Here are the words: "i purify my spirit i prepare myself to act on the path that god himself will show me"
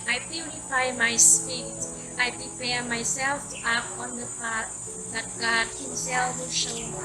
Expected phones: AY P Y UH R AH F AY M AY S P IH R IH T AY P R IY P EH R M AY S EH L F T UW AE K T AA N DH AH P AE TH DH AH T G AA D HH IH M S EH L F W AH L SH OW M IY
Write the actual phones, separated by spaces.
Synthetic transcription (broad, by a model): AY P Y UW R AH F AY M AY S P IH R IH T AY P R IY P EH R M AY S EH L F T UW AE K AA N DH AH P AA T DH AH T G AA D HH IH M S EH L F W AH SH OW